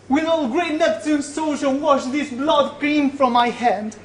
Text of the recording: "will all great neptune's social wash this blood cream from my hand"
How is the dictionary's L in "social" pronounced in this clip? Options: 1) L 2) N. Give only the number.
2